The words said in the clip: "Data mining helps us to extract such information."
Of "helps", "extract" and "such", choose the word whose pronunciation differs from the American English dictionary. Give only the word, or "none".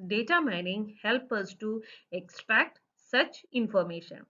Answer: helps